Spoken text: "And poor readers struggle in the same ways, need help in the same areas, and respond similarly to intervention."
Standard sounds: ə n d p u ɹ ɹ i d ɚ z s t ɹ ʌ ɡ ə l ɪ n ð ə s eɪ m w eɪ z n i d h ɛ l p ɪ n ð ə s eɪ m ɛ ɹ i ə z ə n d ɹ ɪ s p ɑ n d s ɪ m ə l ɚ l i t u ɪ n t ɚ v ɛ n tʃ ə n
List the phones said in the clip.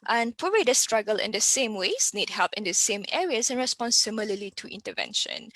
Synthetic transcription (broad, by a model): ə n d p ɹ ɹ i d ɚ s t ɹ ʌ ɡ ə l ɪ n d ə s eɪ m w eɪ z n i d h ɛ l p ɪ n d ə s eɪ m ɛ ɹ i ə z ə n ɹ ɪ s p ɑ n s s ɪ m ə l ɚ l i t u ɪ n t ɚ v ɛ n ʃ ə n